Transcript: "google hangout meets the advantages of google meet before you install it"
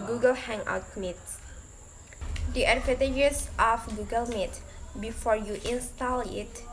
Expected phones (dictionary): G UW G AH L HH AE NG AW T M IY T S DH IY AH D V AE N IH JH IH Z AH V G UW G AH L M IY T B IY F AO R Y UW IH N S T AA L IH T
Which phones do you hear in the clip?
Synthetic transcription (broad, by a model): G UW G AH L HH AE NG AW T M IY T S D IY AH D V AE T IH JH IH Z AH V G UW G AH L M IY T B IY F AO R Y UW IH N S T AA L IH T